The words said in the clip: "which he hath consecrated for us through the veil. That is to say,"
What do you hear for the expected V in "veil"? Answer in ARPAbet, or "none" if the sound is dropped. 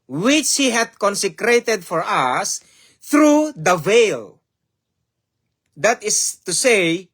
V